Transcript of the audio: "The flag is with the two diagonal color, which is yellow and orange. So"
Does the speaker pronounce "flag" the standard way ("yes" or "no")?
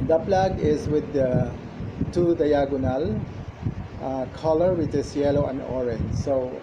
no